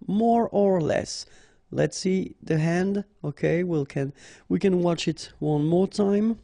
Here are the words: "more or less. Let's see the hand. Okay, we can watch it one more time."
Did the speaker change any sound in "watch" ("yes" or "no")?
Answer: no